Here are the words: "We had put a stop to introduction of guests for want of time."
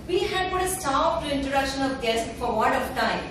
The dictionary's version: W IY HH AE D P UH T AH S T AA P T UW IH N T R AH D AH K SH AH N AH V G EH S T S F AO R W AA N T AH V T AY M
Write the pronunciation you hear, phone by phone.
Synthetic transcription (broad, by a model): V IY HH AE D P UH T AH S T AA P T UW IH N T R AH D AH K SH AH N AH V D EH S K F AO R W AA T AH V T AY M